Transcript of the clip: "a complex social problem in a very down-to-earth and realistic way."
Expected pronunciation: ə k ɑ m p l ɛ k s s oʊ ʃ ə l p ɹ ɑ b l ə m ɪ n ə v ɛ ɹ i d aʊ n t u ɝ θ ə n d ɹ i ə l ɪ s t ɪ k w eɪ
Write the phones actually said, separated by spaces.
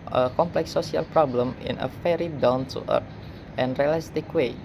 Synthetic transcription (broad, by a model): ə k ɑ m p l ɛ k s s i ə l p ɹ ɑ b l ə m ɪ n ə f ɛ ɹ i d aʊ n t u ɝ t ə n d ɹ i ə l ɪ s t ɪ k w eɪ